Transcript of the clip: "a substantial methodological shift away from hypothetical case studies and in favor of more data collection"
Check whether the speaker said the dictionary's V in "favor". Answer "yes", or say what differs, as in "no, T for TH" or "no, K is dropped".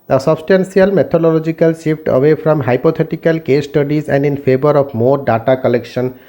no, B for V